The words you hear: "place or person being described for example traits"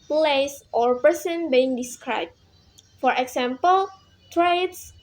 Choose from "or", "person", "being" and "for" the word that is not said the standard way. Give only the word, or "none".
none